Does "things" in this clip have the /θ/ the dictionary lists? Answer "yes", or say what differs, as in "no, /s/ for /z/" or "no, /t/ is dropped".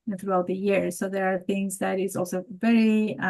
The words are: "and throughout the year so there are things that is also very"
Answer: yes